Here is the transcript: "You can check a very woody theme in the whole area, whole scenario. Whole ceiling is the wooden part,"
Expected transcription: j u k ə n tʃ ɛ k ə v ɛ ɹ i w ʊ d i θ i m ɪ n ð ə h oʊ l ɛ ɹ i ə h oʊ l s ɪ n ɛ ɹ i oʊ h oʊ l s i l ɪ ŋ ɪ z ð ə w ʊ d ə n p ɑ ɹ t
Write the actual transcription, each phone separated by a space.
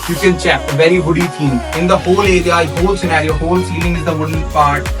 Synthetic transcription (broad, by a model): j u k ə l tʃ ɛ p ə v ɛ ɹ i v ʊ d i t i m ɪ n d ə h oʊ l ɛ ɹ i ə h oʊ l s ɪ n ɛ ɹ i oʊ h oʊ l s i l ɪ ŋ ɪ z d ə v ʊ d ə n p ɑ ɹ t